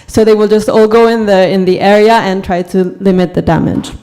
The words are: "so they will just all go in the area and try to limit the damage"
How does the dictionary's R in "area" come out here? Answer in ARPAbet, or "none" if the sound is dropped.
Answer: R